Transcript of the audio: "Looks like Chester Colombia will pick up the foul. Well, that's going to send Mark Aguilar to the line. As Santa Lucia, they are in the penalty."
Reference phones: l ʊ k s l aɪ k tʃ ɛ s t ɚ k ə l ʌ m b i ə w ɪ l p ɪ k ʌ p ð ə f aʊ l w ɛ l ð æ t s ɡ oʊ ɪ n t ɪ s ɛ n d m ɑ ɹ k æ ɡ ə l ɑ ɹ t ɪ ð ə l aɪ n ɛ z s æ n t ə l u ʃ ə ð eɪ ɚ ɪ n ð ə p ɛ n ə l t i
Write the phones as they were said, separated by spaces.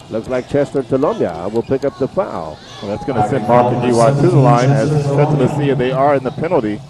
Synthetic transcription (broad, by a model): l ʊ k s l aɪ k tʃ ɛ s t ɚ k ə l ʌ m b i ə w ɪ l p ɪ k ʌ p ð ə f aʊ l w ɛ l ð æ t s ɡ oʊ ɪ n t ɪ s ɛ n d m ɑ ɹ k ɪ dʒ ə w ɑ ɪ t ɪ ð ə l aɪ n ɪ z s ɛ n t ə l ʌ s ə ð eɪ ɚ ɪ n ð ə p ɛ n l t i